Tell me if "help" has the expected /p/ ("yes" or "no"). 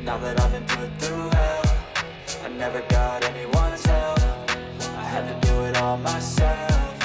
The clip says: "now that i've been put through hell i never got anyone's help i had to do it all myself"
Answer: no